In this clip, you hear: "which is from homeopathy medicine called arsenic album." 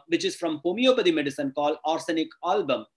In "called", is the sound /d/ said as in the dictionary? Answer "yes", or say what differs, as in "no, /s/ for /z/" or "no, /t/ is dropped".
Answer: no, /d/ is dropped